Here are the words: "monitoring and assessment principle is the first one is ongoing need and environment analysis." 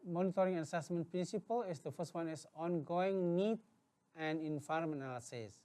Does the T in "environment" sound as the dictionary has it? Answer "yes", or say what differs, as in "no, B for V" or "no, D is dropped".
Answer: no, T is dropped